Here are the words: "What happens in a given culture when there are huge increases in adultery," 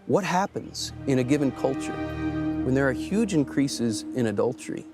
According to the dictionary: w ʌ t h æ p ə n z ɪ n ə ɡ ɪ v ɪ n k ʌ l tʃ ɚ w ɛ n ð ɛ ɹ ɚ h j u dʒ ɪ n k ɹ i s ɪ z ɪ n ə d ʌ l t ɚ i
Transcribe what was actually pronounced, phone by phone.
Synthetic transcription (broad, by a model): w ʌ t h æ p ə n z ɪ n ə ɡ ɪ v ɪ n k ʌ l tʃ ɚ w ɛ n ð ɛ ɹ h j u dʒ ɪ n k ɹ i s ɪ z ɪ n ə d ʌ l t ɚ i